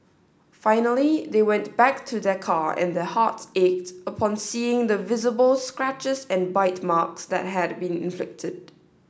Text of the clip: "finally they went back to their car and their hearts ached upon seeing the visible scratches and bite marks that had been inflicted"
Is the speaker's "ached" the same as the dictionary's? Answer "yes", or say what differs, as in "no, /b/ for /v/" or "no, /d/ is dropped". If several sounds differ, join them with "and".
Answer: yes